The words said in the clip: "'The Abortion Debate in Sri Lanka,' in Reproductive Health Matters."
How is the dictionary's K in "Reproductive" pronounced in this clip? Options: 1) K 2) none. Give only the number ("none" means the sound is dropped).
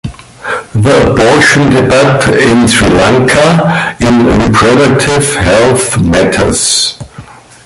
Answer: 2